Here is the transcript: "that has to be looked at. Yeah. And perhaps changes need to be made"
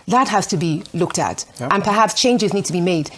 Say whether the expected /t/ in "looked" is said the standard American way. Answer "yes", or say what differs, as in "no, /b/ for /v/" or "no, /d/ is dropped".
yes